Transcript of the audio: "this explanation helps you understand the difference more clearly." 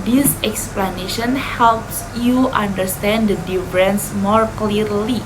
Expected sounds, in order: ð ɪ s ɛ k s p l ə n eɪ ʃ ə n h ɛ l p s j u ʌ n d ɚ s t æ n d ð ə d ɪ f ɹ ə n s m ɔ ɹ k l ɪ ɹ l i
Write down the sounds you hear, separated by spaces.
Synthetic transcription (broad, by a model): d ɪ s ɛ k s p l ə n eɪ ʃ ə n h ɛ l p s j u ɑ n d ɚ s t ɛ n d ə d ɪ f ɹ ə n s m ɔ ɹ k l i ɹ l i